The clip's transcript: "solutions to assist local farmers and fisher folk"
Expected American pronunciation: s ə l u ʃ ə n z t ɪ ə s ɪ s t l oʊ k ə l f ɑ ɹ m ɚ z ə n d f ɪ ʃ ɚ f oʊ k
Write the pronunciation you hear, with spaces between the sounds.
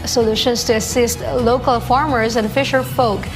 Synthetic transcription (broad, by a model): s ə l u ʃ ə n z t ɪ ə s ɪ s t l oʊ k ə l f ɑ ɹ m ɚ z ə n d f ɪ ʃ ɚ f oʊ k